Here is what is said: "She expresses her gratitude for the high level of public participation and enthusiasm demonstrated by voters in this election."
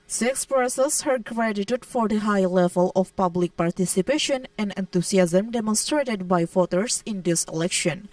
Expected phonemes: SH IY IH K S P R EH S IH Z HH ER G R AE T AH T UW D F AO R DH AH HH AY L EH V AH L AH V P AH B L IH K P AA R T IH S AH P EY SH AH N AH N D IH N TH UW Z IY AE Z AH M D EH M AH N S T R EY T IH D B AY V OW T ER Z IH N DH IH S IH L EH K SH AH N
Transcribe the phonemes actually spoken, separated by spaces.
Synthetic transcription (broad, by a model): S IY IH K S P EH S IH S HH ER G R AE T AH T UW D F AO R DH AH HH AY L EH V AH L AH F P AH B L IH K P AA R T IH S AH P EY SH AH N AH N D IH N T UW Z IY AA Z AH M D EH M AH N S T R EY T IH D B AY F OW T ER S IH N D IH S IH L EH K SH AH N